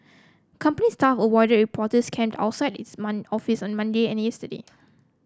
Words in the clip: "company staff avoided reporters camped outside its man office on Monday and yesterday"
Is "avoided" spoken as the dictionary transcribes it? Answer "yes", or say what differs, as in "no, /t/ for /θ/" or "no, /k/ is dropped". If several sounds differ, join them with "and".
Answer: no, /w/ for /v/